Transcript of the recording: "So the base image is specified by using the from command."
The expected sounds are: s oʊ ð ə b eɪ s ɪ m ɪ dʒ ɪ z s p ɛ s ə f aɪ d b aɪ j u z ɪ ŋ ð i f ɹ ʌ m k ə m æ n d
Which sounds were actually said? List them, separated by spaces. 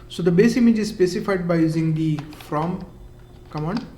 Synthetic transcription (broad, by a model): s oʊ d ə b eɪ s ɪ m ɪ dʒ ɪ z s p ɛ s ə f aɪ d b aɪ j u z ɪ ŋ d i f ɹ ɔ m k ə m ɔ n